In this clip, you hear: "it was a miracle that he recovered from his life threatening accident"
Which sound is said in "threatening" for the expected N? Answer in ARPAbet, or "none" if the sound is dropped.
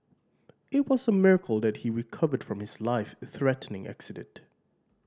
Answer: N